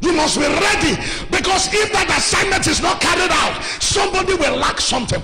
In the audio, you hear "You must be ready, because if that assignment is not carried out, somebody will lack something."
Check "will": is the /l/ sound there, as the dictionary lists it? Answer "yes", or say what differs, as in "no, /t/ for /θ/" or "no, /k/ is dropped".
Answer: yes